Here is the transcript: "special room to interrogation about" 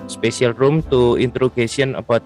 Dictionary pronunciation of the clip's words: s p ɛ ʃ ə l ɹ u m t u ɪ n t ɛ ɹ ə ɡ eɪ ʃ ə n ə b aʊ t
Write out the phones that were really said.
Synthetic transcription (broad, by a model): s p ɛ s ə l ɹ u m t u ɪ n t ɹ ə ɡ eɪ s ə n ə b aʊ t